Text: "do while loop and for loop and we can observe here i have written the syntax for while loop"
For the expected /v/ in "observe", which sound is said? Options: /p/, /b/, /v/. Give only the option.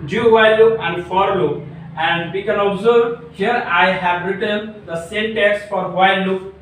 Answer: /b/